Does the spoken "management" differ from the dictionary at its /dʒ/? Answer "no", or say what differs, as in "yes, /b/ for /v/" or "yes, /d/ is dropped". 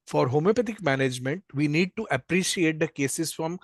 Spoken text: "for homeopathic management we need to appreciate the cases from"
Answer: no